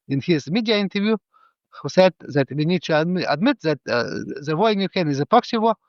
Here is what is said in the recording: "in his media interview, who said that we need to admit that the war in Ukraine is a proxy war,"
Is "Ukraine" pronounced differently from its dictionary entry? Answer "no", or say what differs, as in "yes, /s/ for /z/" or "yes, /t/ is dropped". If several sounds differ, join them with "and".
yes, /ɹ/ is dropped